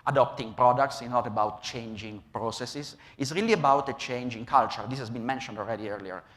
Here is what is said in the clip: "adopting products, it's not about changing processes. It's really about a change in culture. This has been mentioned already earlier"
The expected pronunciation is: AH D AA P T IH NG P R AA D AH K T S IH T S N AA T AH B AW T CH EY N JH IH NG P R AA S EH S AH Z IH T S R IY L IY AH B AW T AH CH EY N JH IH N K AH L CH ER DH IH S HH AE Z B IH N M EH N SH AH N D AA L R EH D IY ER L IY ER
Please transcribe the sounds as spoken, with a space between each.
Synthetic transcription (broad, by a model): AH D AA P T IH NG P R AA D AH K T S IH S N AA T AH B AW T CH EY N JH IH NG P R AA S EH S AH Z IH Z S R IY L IY AH B AW T AH CH EY N JH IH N K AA L CH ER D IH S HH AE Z B IH N M EH N SH AH N D AA L R EH D IY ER L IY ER